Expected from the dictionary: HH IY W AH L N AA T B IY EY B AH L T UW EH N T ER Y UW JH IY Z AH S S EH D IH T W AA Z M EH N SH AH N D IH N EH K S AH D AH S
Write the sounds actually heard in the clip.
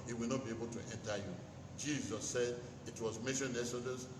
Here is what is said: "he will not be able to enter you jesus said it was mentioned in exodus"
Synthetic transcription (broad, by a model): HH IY W AH L N AA T B IY EY B AH L T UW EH N T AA Y UW JH IY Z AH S S EH D IH T W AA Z M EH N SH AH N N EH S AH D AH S